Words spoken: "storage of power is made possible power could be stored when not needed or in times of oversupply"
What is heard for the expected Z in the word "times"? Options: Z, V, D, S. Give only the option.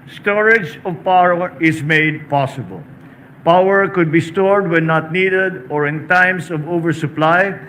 S